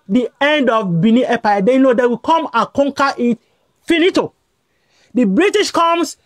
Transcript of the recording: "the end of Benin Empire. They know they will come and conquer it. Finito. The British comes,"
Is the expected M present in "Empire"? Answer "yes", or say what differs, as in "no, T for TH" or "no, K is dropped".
no, M is dropped